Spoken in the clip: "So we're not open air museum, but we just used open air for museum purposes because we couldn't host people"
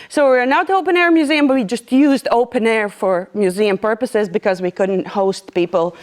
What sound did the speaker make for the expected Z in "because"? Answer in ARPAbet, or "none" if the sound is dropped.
Z